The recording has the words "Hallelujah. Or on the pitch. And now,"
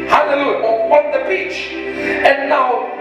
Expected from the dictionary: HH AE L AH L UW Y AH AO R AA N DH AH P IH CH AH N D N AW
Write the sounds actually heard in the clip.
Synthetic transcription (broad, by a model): HH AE L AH L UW Y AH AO W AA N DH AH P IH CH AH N N AW